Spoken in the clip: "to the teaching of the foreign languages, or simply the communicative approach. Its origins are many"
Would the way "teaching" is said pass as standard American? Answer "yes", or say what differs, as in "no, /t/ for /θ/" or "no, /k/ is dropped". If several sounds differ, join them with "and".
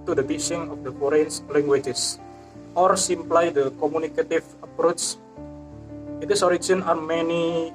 no, /s/ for /tʃ/